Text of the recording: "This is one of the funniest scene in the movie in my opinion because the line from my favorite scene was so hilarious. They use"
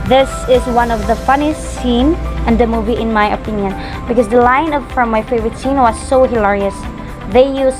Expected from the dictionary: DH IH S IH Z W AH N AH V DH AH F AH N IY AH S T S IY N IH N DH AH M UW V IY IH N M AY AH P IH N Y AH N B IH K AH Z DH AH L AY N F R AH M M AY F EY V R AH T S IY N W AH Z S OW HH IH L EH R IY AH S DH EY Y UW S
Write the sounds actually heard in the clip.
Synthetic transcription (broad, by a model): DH IH S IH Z W AH N AH V DH AH F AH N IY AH S T S IY N IH N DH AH M UW V IY IH N M AY AH P IH N Y AH N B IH K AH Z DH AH L AY N F R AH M M AY F EY V R AH T S IY N W AH Z S OW HH IH L EH R IY AH S DH EY Y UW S